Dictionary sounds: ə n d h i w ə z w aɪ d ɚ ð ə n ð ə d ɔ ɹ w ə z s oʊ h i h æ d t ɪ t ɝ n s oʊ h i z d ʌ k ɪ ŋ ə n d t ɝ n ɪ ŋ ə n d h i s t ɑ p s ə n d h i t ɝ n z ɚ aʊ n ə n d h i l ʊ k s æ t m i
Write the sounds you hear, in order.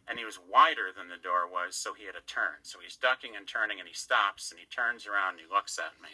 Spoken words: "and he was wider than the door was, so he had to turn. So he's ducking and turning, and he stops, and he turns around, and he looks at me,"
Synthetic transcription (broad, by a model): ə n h i w ə z w aɪ d ɚ ð ə n ð ə d ɔ ɹ w ə z s oʊ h i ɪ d t ɪ t ɝ n s oʊ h i z d ʌ k ɪ ŋ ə n t ɝ n ɪ ŋ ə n i s t ɑ p s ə n i t ɝ n z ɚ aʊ ə n d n i l ʊ k s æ t m i